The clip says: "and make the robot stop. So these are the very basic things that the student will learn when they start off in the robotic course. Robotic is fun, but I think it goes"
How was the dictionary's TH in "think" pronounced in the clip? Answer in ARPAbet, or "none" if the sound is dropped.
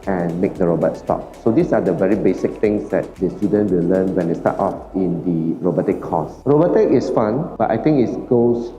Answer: T